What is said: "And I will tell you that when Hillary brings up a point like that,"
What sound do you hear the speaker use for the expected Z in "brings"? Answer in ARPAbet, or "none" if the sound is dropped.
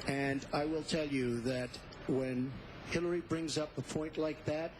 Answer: Z